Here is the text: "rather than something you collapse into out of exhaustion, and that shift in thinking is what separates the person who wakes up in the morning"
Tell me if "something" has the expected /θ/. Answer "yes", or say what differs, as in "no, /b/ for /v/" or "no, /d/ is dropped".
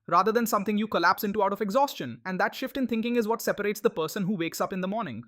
no, /t/ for /θ/